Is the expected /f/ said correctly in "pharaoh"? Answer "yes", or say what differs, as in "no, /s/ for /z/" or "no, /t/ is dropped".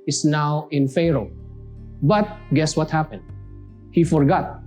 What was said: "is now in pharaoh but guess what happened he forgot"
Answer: yes